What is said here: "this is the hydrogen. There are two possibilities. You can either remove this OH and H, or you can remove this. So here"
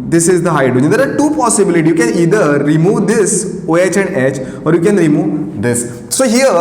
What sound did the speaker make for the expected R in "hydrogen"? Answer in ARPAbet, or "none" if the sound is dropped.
none